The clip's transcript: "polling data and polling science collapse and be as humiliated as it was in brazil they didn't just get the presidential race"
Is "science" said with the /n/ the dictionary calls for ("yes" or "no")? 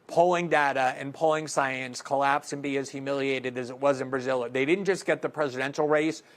yes